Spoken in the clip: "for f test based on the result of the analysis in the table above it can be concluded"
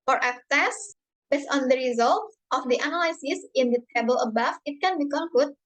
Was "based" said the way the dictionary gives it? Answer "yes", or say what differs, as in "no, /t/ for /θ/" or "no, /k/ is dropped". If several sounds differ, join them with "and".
no, /t/ is dropped